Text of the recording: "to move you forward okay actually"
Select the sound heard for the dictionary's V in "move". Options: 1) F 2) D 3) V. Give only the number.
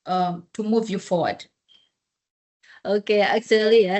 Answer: 3